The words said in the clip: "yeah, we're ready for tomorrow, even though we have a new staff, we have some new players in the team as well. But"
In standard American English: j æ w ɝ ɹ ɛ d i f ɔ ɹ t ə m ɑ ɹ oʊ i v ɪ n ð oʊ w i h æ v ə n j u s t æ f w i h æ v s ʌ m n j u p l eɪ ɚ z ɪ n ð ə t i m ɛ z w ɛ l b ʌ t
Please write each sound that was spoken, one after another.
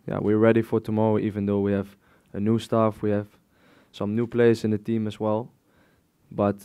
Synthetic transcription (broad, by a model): j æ w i ɹ ɛ d i f ɔ ɹ t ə m ɑ ɹ oʊ i v ɪ n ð oʊ w i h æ v ə n j u s t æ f w i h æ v s ʌ m n j u p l eɪ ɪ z ɪ n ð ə t i m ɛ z w ɛ l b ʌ t